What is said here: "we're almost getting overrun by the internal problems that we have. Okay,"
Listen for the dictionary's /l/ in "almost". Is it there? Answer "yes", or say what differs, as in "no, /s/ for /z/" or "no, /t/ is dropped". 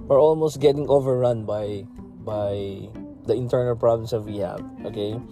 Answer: yes